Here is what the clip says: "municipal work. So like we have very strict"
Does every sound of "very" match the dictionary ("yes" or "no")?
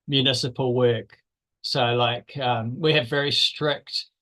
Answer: yes